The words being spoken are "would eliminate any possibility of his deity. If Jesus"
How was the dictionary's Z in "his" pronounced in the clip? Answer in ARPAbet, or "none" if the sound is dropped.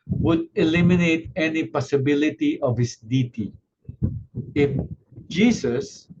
S